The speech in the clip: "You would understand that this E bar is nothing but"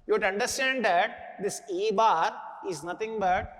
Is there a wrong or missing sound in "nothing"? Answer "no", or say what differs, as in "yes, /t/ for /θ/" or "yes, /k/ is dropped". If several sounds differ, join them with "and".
yes, /t/ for /θ/